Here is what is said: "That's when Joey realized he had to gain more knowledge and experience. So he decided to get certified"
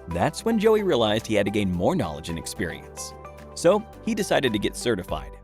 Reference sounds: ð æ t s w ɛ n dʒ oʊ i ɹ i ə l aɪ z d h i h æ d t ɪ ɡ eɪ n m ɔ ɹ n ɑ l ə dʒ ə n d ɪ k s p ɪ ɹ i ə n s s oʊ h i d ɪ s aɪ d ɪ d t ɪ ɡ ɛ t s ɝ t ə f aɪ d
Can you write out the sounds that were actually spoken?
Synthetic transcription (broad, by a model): ð æ t s w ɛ n dʒ oʊ i ɹ i ə l aɪ z d h i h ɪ d t ɪ ɡ eɪ n m ɔ ɹ n ɑ l ə dʒ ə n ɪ k s p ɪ ɹ i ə n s s oʊ h i d ɪ s aɪ d ɪ d t ɪ ɡ ɛ t s ɝ t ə f aɪ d